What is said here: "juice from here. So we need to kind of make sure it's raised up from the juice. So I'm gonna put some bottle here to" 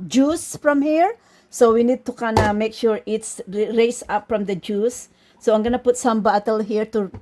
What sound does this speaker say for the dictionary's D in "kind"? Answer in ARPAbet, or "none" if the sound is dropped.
none